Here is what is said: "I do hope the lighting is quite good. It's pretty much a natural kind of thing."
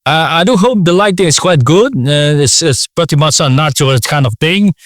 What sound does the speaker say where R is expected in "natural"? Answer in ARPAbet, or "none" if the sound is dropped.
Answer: none